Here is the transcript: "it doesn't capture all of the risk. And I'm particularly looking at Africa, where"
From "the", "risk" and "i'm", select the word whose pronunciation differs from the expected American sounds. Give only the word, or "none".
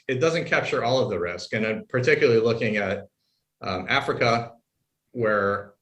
none